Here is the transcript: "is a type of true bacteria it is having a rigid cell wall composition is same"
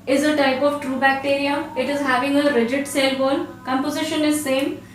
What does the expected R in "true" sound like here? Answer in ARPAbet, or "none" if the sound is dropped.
R